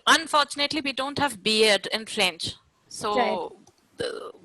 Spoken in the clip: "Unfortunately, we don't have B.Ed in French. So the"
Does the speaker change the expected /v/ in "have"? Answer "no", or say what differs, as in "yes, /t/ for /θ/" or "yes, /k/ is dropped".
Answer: no